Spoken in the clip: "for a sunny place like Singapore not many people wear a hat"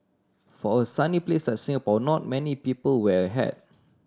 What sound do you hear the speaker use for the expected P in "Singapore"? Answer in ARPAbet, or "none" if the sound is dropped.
B